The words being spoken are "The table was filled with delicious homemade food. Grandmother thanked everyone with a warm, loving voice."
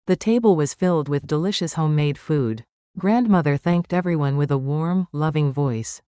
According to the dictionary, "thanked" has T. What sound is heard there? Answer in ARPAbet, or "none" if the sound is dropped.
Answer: T